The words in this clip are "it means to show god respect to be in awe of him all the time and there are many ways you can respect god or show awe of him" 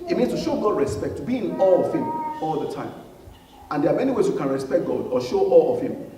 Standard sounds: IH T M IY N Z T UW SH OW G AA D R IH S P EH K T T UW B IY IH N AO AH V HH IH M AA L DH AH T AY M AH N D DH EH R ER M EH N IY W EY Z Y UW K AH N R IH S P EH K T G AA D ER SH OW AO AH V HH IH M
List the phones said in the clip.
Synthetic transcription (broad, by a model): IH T M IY N S T UW SH OW G AA D R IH S P EH K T T UW B IY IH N AO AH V HH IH M AA L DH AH T AY M AH N D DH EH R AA M EH N IY W EY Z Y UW K AH N R IH S P EH K T G AA D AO SH OW AO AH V HH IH M